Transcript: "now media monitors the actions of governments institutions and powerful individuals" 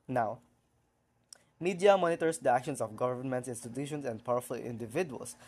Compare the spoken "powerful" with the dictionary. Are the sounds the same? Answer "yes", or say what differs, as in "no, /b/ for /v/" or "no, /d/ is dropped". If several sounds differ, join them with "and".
yes